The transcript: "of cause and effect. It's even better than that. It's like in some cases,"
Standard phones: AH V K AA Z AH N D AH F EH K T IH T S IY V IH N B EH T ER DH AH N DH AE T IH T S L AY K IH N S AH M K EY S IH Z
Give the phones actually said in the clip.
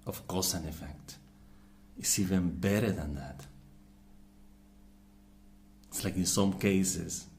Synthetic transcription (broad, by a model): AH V K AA S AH N AH F EH K T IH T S IY V IH N B EH T ER DH AH N DH AE T IH T S L AY K IH N S AH M K EY S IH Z